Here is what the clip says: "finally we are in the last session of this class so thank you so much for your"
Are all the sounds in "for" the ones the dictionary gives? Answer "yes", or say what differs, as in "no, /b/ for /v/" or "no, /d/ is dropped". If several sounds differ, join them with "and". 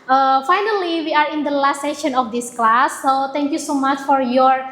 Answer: yes